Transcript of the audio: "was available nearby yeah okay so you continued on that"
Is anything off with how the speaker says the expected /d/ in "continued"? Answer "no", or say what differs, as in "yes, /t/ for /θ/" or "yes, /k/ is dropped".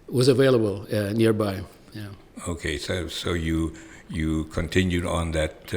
no